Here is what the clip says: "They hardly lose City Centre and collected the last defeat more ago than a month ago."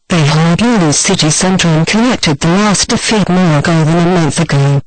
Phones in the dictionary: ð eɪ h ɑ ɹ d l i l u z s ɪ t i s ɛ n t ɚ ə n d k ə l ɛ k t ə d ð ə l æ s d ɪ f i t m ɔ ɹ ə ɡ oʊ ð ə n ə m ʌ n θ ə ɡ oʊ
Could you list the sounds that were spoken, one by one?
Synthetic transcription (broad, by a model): ð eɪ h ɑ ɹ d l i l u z s ɪ t i s ɛ n t ɚ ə n k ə n ɛ k t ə d ð ə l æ s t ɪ f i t m ɔ ɹ ə ɡ oʊ ð ə n ə m ʌ n θ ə ɡ oʊ